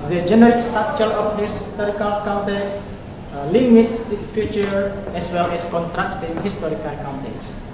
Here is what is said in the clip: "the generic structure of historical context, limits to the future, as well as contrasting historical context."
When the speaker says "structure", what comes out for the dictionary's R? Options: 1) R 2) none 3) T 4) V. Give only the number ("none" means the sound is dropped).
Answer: 2